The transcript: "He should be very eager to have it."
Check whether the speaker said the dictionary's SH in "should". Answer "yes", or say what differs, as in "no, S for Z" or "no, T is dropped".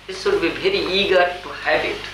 no, S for SH